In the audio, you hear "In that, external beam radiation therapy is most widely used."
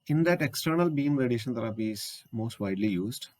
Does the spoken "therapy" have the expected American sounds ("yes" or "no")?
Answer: no